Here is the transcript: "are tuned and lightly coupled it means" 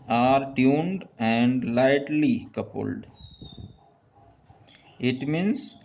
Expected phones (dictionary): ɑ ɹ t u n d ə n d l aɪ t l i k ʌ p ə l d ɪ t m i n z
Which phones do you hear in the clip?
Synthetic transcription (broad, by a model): ɑ ɹ t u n d ə n d l aɪ t l i k ʌ p ə l d ɪ t m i n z